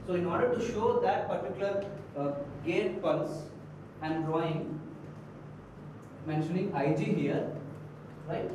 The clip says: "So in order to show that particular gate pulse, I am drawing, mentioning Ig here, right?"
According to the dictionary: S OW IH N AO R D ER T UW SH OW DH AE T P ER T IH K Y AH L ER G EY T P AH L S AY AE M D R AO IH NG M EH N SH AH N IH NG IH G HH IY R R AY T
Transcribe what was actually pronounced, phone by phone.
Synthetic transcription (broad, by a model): S OW IH N AO R D ER T UW SH OW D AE T P ER T IH K Y AH L ER G EY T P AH N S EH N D D R AO IH NG M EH N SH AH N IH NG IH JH HH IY R R AY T